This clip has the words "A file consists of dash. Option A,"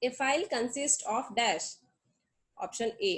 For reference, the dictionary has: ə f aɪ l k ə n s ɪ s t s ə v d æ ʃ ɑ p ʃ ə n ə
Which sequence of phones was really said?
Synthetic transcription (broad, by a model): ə f aɪ l k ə n s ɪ s t ə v d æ ʃ ɑ p ʃ ə n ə